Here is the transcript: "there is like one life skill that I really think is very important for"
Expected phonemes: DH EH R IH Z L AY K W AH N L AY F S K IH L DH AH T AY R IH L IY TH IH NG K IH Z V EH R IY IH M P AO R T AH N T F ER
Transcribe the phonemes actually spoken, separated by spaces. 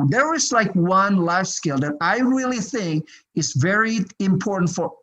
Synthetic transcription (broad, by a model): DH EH R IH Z L AY K W AH N L AY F S K IH L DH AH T AY R IH L IY TH IH NG K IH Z V EH R IY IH M P AO R T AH N T F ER